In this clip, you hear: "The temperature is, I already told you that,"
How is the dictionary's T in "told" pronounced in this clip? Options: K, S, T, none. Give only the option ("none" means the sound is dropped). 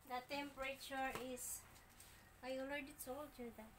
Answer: S